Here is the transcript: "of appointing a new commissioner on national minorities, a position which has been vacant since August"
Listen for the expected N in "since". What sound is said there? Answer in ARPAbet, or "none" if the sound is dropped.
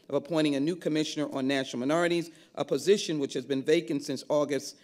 N